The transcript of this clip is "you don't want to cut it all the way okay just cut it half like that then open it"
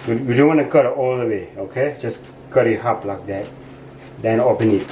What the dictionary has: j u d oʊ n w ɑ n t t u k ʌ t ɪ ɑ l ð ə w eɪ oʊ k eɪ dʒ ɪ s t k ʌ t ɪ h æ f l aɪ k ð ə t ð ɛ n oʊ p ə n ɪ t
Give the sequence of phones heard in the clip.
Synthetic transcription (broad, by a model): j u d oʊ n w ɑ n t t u k ʌ t ɑ l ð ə w eɪ oʊ k eɪ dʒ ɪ s k ʌ t ɪ h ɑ p l aɪ k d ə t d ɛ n oʊ p ə n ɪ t